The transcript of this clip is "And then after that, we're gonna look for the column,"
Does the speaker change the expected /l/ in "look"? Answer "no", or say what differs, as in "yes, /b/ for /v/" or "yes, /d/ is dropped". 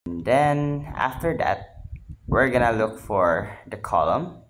no